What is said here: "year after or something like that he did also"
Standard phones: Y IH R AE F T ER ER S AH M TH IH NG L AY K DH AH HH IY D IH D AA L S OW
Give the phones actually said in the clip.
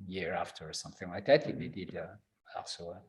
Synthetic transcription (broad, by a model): Y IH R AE F T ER ER S AH M TH IH NG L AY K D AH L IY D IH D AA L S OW